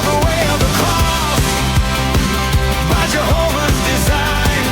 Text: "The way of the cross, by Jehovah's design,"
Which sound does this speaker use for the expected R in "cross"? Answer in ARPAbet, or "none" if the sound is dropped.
none